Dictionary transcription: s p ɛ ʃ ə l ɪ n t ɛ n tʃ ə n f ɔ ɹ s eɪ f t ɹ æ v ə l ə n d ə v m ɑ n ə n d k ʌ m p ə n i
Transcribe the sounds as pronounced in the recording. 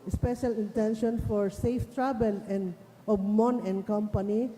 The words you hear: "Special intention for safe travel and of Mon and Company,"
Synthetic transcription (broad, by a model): s p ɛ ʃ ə l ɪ n t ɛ n ʃ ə n f ɔ ɹ s eɪ f t ɹ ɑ b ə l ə n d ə b m ɑ n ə n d k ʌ m p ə n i